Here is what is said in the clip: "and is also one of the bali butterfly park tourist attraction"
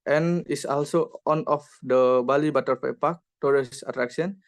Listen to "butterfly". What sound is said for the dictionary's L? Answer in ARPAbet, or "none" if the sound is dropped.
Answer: none